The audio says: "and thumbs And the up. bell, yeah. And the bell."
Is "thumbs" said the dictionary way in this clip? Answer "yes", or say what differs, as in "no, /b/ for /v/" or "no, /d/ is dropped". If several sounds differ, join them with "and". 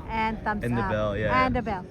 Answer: no, /z/ is dropped